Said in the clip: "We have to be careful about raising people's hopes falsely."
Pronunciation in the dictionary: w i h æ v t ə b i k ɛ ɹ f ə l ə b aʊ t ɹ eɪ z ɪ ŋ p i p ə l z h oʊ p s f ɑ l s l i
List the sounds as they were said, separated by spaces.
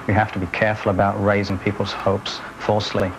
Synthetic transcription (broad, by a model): w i h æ f t ə b i k ɛ ɹ f ə l ə b aʊ t ɹ eɪ z ɪ ŋ p i p ə l z h oʊ p s f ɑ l s l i